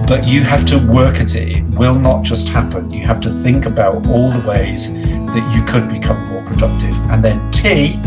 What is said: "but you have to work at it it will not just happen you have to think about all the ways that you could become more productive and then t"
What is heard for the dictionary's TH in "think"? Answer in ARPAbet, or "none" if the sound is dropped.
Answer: TH